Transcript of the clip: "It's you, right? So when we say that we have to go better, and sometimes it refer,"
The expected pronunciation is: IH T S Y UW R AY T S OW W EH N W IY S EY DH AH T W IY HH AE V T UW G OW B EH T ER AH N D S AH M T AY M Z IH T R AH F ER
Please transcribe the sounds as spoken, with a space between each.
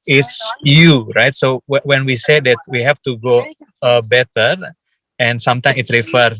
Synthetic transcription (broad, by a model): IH T S Y UW R AY T S OW W EH N W IY S EY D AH T W IY HH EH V T UW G OW B EH T ER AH N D S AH M T AY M IH T R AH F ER